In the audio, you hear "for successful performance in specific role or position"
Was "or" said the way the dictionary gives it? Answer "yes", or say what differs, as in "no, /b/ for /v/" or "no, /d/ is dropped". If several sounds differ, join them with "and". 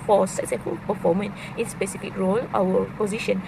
no, /w/ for /ɹ/